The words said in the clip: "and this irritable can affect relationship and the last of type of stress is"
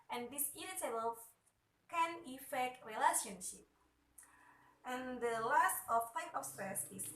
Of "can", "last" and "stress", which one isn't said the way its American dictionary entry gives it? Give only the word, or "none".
stress